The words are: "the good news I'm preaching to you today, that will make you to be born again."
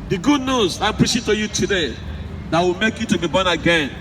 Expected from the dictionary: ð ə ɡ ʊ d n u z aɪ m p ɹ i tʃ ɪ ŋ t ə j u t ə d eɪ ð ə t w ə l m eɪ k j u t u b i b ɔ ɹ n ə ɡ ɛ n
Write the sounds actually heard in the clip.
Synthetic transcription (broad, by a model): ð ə ɡ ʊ d n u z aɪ p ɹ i ʃ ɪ t ə j u t ə d eɪ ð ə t w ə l m eɪ k j u t u b i b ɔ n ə ɡ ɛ n